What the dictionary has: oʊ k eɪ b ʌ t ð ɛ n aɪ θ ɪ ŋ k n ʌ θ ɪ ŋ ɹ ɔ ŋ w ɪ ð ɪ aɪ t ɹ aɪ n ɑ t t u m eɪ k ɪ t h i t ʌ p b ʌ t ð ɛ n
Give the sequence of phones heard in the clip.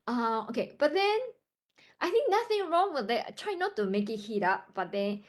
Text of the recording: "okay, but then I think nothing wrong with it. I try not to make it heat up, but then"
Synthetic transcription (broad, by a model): oʊ k eɪ b ʌ t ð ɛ n aɪ θ ɪ ŋ k n ʌ θ ɪ ŋ ɹ ɔ ŋ w ɪ ð ɪ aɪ t ɹ aɪ n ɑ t t u m eɪ k ɪ t h i t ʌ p b ʌ t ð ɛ n